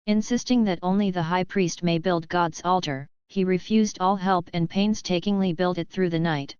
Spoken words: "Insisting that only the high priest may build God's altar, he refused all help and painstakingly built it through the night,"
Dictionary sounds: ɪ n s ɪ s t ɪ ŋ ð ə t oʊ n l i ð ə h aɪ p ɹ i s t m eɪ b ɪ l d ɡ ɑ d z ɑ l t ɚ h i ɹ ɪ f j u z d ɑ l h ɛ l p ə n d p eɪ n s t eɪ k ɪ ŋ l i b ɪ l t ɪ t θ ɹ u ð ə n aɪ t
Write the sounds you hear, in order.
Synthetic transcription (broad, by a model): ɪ n s ɪ s t ɪ ŋ ð ə t oʊ n l i ð ə h aɪ p ɹ i s t m eɪ b ɪ l d ɡ ɑ d z ɑ l t ɚ h i ɹ ɪ f j u z d ɑ l h ɛ l p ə n p eɪ n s t eɪ k ɪ ŋ l i b ɪ l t ɪ t θ ɹ u ð ə n aɪ t